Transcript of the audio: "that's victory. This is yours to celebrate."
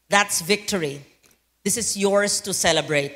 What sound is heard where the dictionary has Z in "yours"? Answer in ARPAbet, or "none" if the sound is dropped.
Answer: S